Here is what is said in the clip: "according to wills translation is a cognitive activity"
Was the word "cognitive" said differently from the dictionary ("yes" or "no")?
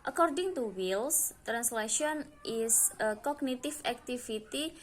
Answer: yes